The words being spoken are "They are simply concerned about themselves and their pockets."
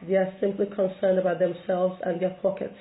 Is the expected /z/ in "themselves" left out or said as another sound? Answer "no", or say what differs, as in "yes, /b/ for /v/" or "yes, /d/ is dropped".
no